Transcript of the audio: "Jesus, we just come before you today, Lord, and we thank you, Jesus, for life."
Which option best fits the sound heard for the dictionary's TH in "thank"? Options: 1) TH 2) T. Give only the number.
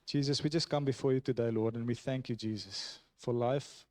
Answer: 1